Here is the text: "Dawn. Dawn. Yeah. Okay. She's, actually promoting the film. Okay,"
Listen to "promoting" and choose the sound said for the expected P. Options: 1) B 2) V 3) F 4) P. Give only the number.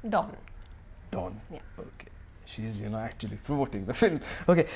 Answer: 3